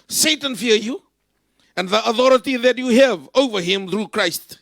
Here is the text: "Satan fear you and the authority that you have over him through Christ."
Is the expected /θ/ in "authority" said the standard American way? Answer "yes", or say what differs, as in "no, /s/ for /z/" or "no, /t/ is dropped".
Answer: yes